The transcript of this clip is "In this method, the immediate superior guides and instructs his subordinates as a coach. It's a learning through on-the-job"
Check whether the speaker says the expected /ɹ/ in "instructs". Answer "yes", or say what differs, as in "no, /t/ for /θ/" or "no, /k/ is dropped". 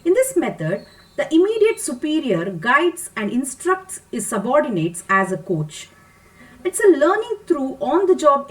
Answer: yes